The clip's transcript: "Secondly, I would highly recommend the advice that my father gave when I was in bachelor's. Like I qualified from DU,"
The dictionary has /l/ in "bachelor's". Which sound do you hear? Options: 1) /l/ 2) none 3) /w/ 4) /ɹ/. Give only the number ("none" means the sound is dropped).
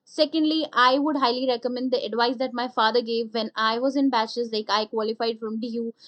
2